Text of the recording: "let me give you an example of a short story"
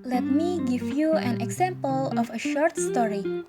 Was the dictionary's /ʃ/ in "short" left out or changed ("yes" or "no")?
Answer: no